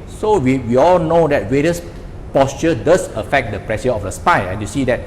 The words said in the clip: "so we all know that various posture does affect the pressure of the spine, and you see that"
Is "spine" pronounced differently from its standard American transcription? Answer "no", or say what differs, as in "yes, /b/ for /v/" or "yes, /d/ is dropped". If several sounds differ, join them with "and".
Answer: yes, /n/ is dropped